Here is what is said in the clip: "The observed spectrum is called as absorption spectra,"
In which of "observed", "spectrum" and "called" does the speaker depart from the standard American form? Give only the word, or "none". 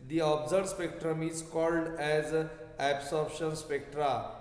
observed